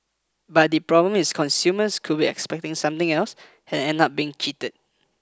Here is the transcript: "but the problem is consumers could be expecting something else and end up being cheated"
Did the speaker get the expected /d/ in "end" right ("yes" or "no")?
no